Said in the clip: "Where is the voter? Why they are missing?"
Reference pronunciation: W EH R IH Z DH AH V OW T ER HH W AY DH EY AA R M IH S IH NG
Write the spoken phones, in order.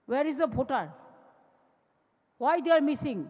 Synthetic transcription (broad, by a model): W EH R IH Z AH P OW T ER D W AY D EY AA R M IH S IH NG